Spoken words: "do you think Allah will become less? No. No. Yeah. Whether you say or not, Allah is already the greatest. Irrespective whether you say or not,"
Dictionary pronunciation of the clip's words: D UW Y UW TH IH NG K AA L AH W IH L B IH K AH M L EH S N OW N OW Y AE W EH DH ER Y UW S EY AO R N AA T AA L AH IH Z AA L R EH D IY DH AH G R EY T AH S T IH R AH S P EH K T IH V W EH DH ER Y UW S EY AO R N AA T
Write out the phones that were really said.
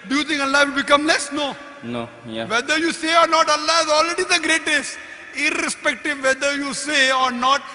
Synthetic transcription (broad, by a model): D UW Y UW T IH NG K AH L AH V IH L B IH K AH M L EH S N OW N OW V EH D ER Y UW S EY AO R N AA T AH L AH IH Z AA L R EH D IY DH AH G R EY T AH S T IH R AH S P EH K T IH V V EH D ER Y UW S EY AO R N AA T